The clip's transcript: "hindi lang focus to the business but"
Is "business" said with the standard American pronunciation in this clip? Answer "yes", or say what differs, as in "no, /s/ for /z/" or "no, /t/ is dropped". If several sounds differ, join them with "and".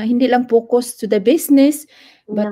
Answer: no, /s/ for /z/